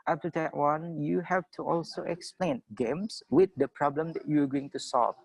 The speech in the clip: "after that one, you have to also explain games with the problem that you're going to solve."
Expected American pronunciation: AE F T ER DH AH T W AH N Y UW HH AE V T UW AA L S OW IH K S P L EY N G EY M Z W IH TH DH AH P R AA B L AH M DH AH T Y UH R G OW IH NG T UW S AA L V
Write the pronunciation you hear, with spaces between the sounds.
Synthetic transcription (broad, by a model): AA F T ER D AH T W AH N Y UW HH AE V T UW AA L S OW IH K S P L EY N G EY M S W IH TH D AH P R AA B L AH M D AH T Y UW W G OW IH NG T UW S AA L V